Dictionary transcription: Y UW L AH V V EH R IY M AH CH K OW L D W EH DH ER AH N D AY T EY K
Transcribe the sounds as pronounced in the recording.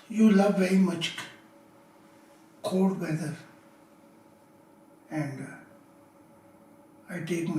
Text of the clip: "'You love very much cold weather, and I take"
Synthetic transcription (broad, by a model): Y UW L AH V V EH R IY M AH CH K OW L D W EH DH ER AH N D AY T EY K